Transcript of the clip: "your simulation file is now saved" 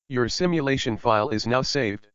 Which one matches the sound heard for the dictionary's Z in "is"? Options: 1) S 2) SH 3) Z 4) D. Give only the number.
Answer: 3